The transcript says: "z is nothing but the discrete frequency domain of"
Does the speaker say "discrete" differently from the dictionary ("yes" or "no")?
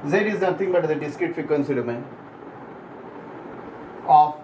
yes